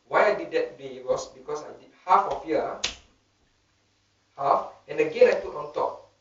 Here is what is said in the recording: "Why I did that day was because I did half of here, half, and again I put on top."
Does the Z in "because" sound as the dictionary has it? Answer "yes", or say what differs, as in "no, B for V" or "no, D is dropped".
no, S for Z